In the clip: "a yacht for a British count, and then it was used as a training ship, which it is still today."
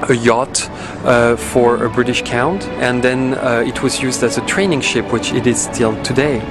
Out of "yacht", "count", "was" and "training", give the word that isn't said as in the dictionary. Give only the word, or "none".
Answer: none